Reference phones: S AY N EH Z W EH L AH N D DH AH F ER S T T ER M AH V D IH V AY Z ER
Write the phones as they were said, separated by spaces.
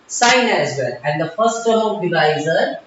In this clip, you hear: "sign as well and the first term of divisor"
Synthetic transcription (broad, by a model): S AY N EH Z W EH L AH N D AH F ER S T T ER AH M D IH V AY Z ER